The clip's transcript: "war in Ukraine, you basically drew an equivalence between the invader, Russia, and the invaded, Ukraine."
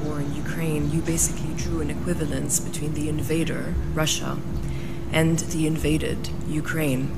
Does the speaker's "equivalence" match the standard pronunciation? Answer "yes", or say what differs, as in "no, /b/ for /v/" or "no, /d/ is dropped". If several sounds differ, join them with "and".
yes